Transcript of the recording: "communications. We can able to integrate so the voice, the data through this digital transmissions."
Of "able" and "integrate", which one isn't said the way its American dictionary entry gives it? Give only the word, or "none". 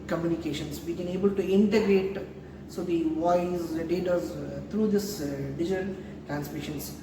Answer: none